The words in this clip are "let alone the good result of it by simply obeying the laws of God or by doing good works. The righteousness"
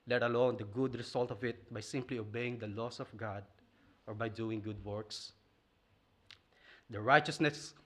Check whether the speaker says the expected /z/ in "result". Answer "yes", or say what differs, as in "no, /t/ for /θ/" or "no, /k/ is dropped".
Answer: no, /s/ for /z/